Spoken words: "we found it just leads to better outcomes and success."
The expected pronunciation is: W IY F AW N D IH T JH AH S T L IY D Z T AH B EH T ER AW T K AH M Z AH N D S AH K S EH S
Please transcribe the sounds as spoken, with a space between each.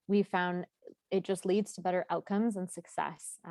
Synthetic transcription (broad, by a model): W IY F AW N D IH T JH AH S T L IY D Z T AH B EH T ER AW T K AH M Z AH N S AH K S EH S